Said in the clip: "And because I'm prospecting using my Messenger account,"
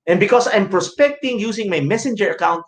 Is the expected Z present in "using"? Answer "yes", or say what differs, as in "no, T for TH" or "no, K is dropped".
no, S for Z